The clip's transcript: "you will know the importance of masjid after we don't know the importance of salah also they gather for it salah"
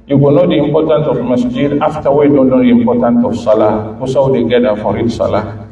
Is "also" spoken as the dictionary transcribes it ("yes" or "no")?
no